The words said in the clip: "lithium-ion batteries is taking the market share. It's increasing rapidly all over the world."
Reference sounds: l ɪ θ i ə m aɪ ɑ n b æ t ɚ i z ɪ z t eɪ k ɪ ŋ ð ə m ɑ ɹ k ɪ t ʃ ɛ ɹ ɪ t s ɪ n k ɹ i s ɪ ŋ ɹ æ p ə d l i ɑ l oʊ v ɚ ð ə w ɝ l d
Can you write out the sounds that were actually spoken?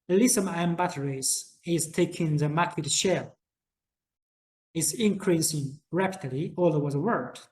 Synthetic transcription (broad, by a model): l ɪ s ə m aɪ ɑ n b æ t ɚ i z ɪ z t eɪ k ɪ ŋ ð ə m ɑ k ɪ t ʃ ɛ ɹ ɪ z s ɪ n k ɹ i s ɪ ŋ ɹ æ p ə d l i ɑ l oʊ ɚ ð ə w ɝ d